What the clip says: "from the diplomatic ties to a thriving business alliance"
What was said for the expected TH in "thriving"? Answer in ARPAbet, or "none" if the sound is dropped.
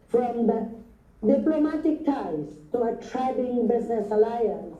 T